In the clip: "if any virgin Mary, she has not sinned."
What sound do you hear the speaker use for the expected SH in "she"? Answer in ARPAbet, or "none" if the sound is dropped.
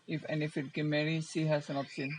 S